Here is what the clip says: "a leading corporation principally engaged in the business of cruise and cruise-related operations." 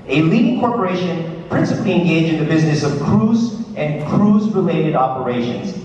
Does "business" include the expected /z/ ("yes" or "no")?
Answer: yes